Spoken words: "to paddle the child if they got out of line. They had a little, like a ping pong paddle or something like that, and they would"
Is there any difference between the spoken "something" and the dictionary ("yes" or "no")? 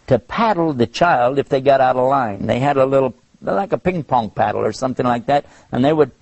no